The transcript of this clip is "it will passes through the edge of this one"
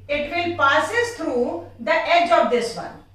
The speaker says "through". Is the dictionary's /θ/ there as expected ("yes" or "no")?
no